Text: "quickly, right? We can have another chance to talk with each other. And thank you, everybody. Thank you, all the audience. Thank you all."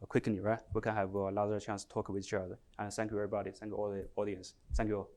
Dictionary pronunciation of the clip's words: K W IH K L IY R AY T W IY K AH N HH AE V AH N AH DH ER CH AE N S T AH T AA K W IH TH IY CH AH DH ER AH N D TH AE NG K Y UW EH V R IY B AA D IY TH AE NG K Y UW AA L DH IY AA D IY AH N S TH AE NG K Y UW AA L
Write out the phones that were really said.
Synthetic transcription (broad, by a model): K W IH K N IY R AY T W IY K AH N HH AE V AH L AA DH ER CH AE N S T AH T AA K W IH IY CH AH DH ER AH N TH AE NG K Y UW EH V R IY B AA D IY TH AE NG K Y UW AA L DH IY AA D IY AH N S TH AE NG K Y UW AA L